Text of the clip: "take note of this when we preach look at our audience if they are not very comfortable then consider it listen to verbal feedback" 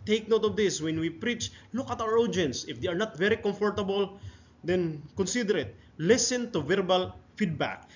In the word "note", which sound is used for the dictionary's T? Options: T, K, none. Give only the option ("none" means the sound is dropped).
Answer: T